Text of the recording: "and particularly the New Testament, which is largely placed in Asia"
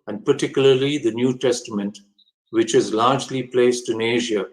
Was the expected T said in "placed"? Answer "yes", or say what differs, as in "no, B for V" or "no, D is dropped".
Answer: yes